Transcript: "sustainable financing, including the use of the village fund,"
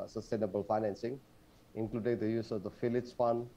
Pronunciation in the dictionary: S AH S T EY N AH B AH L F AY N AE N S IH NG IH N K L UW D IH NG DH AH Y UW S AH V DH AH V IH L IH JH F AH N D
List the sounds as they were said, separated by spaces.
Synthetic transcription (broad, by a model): S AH S T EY N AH B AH L F AY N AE N S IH NG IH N K L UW D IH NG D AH Y UW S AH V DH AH F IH L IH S F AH N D